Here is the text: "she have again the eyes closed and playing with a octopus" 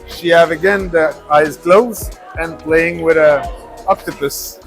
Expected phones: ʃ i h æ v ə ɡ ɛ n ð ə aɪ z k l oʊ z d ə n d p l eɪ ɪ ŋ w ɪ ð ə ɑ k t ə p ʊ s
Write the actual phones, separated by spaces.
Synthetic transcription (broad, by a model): ʃ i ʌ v ə ɡ ɛ n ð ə aɪ z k l oʊ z ə n p l eɪ ɪ ŋ w ɪ ð ə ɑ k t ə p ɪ s